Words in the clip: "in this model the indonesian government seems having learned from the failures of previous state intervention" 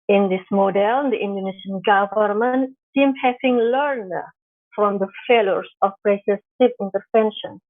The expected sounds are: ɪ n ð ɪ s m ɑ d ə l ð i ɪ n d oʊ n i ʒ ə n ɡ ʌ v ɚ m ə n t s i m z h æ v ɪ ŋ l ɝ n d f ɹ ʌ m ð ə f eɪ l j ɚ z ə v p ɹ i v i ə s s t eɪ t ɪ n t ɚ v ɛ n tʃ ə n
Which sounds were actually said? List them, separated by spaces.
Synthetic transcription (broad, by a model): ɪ n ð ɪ s m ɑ d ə l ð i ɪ n d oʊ n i ʃ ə n ɡ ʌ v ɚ m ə n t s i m h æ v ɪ ŋ l ɝ n d f ɹ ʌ m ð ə f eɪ l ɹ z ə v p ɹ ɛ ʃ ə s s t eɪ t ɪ n t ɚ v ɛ n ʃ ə n